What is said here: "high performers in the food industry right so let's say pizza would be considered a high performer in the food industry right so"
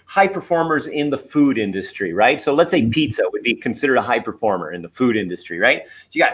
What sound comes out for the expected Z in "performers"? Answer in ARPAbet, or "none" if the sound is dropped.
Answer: Z